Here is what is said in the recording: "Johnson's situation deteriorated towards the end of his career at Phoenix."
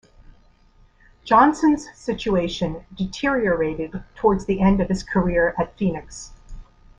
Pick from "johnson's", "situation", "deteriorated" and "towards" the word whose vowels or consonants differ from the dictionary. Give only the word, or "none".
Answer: none